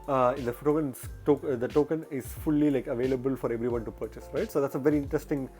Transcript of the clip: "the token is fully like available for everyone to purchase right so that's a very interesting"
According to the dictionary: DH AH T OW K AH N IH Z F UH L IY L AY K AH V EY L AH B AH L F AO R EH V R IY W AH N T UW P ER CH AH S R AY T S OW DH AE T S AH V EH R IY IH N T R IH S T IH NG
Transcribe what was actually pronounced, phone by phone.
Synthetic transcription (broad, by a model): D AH T OW K AH N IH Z F UH L IY L AY K AH V EY L AH B AH L F AO R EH V R IY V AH N T UW P ER CH AH S R AY T S OW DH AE T S AH V EH R IY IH N T R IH S T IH NG